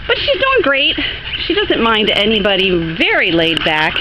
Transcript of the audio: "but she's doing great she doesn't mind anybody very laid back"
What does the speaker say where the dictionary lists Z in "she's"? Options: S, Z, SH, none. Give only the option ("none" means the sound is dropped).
Z